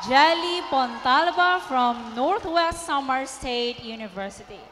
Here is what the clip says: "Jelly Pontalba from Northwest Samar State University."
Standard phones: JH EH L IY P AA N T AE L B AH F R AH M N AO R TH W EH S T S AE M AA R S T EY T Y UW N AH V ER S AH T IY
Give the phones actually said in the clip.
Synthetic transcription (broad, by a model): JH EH L IY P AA N T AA L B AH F R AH M N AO R T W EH S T S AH M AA R S T EY T Y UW N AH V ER S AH T IY